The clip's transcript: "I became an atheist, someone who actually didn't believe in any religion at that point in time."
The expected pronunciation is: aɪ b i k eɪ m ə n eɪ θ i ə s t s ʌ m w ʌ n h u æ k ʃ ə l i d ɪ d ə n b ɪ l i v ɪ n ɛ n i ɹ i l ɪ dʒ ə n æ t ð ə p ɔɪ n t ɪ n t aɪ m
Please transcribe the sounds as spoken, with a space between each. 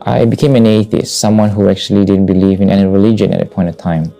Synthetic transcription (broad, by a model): aɪ b i k eɪ m ə n eɪ θ i ə s t s ʌ m w ʌ n h u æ k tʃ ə l i d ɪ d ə n b ɪ l i v ɪ n ɛ n i ɹ i l ɪ dʒ ə n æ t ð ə p ɔɪ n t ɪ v t aɪ m